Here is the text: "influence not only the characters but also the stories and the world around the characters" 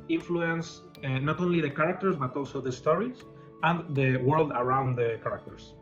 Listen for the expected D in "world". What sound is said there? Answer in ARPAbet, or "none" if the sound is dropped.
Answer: D